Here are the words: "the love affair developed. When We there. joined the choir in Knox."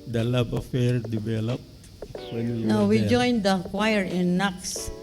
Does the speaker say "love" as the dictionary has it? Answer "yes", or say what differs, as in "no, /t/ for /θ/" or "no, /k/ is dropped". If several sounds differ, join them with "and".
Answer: no, /b/ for /v/